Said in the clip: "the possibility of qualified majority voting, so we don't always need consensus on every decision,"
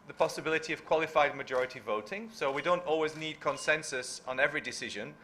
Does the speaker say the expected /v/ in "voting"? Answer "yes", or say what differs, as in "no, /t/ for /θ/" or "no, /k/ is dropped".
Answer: yes